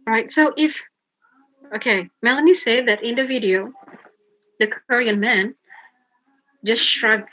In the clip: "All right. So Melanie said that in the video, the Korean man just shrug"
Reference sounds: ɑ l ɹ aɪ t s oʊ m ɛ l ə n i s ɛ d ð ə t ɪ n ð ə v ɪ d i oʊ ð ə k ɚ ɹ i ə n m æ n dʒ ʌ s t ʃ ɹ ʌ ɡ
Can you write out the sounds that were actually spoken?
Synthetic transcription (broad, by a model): ɹ aɪ t s oʊ m ɛ l ə n i s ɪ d ð ə t ɪ n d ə v ɪ d i oʊ ð ə k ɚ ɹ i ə n m æ n dʒ ʌ s t ʃ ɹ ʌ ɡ